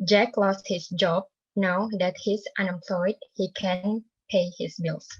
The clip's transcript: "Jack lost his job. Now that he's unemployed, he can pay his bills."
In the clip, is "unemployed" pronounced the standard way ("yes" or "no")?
yes